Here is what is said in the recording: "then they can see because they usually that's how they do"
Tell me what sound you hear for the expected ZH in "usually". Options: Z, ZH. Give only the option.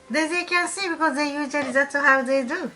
Z